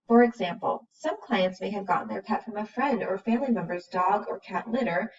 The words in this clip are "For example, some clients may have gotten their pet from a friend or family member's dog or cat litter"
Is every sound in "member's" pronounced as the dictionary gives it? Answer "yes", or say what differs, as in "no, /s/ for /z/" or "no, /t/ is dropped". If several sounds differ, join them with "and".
yes